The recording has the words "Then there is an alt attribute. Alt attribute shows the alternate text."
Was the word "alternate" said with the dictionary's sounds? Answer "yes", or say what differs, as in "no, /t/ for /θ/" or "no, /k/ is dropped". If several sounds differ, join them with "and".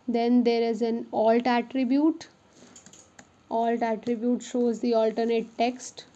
yes